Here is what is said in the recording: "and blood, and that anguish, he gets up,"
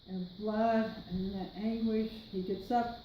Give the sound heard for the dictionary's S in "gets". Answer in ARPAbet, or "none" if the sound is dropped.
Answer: S